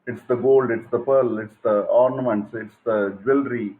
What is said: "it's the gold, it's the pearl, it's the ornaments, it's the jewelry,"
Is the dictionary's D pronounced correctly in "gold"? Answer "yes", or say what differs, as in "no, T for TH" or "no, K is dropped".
yes